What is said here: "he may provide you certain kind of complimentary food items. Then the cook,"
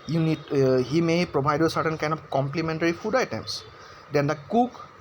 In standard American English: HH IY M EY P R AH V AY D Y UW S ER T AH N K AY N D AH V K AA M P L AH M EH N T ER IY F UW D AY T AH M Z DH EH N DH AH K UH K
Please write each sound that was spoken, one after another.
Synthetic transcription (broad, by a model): HH IY M EY P R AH B AY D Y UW S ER T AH N K AY N D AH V K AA M P L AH M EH N T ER IY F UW D AY T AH M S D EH N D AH K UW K